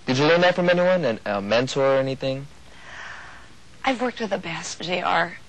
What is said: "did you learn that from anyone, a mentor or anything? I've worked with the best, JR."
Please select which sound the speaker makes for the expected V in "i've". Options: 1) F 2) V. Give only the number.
2